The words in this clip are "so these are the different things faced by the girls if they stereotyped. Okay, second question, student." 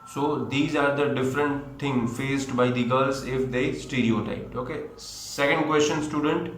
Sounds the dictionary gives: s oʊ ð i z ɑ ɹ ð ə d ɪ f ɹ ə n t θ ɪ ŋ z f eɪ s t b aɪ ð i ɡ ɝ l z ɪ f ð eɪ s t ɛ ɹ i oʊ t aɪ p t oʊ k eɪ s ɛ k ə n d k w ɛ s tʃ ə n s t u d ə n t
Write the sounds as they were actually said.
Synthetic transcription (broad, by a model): s oʊ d i z ɑ ɹ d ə d ɪ f ɹ ə n t t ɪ ŋ f eɪ s t b aɪ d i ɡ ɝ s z ɪ f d eɪ s t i ɹ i oʊ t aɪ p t oʊ k eɪ s ɛ k ə n d k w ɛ s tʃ ə n s t u d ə n t